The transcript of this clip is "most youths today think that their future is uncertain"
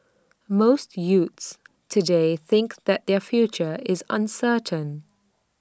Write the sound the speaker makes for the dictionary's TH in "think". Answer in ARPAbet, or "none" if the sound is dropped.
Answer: TH